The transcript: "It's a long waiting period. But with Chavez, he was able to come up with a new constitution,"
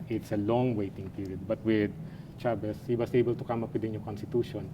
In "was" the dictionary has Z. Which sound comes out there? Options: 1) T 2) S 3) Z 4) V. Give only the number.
2